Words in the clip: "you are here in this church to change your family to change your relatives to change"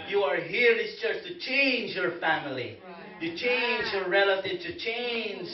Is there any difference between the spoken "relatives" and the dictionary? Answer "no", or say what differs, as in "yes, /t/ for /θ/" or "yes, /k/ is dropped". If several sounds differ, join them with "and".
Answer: yes, /z/ is dropped